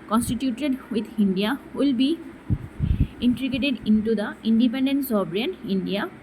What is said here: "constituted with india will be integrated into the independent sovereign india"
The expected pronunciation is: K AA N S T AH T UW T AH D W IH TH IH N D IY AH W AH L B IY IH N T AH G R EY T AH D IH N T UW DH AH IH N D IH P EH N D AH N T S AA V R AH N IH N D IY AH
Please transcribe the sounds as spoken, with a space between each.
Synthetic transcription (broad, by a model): K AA N S T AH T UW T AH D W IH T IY N D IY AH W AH L B IY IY N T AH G EY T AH D IH N T UW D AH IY N D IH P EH N D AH N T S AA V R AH N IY N D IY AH